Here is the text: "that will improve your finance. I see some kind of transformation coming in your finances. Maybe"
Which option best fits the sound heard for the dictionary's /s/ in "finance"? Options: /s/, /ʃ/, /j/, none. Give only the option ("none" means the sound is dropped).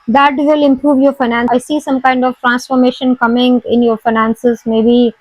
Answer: none